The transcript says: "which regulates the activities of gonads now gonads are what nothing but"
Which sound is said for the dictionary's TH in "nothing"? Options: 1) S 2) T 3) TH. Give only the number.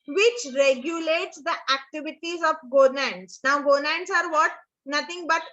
2